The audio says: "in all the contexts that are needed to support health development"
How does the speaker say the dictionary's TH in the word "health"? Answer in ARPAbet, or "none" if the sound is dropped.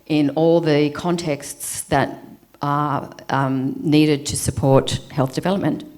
TH